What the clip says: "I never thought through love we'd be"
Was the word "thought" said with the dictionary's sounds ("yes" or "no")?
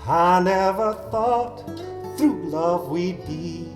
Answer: yes